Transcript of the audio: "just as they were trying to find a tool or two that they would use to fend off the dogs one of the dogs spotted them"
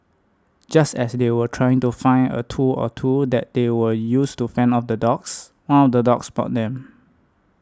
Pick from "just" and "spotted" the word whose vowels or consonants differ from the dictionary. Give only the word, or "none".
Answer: spotted